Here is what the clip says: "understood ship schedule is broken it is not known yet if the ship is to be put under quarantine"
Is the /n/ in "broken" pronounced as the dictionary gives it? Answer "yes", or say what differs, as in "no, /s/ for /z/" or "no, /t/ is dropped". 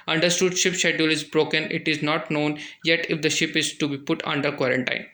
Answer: yes